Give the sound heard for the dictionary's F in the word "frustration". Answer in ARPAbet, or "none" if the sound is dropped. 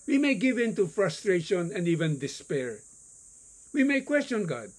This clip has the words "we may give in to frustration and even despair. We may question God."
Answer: F